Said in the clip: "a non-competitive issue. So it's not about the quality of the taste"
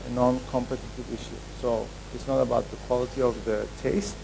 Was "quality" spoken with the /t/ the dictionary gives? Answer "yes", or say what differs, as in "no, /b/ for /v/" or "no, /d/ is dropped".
yes